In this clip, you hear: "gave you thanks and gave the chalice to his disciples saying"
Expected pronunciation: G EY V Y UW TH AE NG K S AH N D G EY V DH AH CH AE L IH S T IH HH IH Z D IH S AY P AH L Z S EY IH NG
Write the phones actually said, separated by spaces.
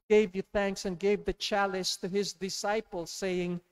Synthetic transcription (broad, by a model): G EY V Y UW TH AE NG K S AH N G EY V DH AH CH AE L IH S T IH IH Z D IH S AY P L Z S EY IH NG